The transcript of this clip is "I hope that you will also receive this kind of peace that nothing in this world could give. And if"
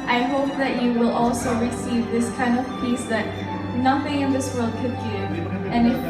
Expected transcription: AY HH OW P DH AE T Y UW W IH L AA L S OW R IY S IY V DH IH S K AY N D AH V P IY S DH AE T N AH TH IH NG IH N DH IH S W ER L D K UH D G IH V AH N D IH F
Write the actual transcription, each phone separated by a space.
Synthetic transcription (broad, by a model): AY HH OW P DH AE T Y UW W IH L AA L S OW R IY S IY V DH IH S K AY N D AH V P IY S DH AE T N AH TH IH NG IH N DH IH S W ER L D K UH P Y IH AH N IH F